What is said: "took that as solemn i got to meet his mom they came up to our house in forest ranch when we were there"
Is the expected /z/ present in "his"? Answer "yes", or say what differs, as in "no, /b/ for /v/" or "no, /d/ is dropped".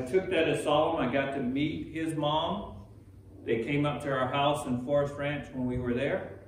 yes